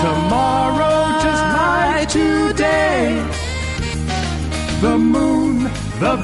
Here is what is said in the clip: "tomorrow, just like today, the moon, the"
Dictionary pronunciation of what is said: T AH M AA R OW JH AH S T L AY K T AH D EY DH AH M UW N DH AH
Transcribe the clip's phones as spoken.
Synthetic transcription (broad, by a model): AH M AA R OW JH AH S T N AY T AH D EY DH AH M UW N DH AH